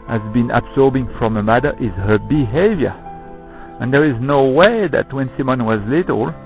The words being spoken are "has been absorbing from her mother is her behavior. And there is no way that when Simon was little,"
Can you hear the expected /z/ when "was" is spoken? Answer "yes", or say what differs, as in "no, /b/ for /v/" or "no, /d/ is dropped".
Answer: yes